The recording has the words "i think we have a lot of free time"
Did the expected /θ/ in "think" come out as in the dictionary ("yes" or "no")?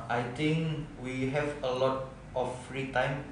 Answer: no